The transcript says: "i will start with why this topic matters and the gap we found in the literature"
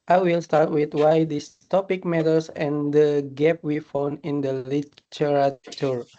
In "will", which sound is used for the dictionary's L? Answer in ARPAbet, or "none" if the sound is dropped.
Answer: L